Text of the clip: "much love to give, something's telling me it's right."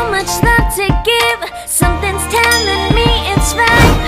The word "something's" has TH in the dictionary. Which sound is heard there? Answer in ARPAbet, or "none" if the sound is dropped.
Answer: TH